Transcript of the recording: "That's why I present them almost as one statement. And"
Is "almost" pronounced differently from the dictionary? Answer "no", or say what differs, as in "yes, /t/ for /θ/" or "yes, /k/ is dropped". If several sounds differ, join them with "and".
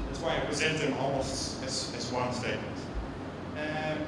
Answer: yes, /t/ is dropped